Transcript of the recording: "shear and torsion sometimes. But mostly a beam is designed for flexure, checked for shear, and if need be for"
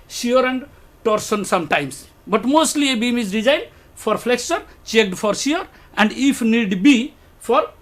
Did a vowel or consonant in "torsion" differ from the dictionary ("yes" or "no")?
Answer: yes